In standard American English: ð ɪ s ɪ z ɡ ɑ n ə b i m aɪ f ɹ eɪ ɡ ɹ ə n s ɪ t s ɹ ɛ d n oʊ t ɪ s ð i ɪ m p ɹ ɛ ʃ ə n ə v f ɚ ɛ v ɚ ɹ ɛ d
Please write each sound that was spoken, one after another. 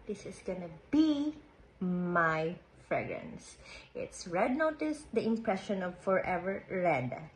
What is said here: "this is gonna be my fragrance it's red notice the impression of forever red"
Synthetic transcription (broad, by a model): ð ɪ s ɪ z ɡ ɑ n ə b i m aɪ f ɹ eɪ ɡ ɹ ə n s ɪ t s ɹ ɛ d n oʊ t ɪ s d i ɪ m p ɹ ɛ ʃ ə n ə v f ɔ ɛ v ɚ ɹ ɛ d